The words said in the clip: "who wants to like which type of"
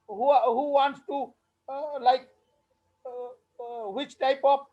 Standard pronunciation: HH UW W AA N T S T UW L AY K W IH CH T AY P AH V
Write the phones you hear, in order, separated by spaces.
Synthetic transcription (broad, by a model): HH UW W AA N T S T UW L AY K W IH CH T AY P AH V